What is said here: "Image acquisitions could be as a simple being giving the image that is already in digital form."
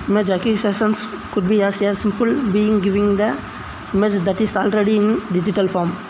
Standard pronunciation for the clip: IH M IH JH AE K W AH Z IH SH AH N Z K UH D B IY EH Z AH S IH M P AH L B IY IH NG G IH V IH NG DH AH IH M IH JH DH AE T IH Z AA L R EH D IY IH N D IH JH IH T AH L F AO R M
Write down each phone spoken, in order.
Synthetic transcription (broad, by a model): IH M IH JH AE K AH S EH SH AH N S K UH D B IY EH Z AH S IH M P AH L B IY IH NG G IH V IH NG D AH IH M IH JH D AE T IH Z AA L R EH D IY IH N D IH JH IH T AH L F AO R M